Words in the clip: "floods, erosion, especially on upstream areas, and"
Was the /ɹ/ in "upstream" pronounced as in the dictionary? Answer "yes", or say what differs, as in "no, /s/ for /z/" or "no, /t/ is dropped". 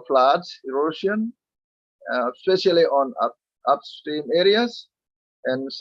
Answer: no, /ɹ/ is dropped